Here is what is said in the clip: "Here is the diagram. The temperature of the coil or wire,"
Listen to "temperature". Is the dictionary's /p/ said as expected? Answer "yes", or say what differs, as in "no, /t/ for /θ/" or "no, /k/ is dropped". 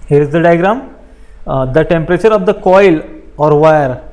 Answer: yes